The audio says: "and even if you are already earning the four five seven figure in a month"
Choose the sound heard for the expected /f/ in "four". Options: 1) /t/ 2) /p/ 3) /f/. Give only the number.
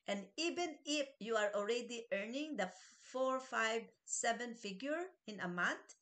3